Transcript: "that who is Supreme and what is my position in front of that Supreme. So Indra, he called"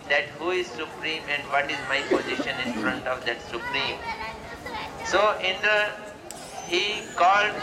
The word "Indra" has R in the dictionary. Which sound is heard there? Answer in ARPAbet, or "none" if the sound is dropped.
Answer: none